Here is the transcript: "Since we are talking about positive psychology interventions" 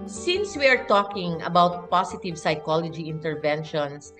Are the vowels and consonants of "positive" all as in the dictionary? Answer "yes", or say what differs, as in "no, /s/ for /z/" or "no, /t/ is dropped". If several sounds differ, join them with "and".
no, /s/ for /z/